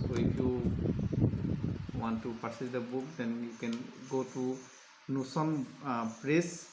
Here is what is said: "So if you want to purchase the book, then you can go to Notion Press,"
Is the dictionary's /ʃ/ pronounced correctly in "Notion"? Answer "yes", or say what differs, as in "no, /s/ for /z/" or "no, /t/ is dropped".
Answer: no, /s/ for /ʃ/